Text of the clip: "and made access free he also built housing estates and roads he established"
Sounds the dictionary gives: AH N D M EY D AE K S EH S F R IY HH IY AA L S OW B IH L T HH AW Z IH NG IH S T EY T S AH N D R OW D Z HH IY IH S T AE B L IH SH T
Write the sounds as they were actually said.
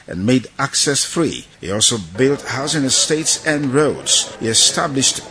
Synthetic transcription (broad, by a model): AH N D M EY D AE K S EH S F R IY HH IY AA L S OW B IH L T HH AW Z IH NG IH S T EY T S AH N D R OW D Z HH IY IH S T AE B L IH SH T